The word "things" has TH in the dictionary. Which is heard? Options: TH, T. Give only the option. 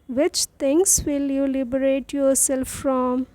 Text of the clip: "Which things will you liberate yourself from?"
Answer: T